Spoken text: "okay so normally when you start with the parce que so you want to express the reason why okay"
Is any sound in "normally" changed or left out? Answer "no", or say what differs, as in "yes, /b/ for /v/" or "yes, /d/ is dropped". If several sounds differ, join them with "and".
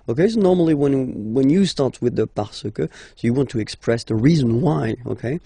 yes, /w/ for /l/